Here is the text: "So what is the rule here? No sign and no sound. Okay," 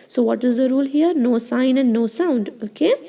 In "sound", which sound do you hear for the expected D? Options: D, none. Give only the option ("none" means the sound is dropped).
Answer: D